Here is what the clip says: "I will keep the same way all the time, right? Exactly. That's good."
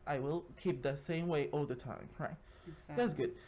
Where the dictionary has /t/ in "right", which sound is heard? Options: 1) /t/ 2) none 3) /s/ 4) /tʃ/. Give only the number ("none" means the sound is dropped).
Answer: 2